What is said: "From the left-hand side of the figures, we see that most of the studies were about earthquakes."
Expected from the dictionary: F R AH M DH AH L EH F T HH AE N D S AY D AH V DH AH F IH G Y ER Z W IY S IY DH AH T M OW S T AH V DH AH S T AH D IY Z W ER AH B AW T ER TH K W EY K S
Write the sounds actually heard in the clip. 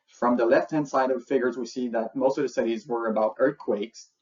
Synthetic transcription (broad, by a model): F R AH M DH AH L EH F T HH AE N D S AY D AH V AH F IH G Y ER Z W IY S IY DH AH T M OW S T AH V DH AH S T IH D IY Z W ER AH B AW T ER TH K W EY K S